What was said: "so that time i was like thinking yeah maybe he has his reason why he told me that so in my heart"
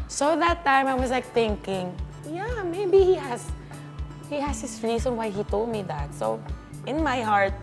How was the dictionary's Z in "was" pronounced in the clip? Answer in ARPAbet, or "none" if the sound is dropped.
S